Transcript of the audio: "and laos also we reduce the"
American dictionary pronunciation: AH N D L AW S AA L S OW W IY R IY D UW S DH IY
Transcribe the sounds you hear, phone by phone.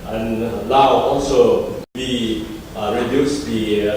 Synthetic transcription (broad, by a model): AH N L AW AA L S OW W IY R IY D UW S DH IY